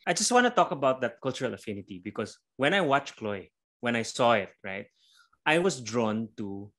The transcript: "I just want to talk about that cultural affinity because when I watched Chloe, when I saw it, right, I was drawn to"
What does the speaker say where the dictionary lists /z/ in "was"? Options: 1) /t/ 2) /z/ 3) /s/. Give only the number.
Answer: 3